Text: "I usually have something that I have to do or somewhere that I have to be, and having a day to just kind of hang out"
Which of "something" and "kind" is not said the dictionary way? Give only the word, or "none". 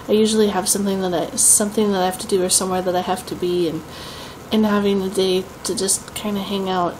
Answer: none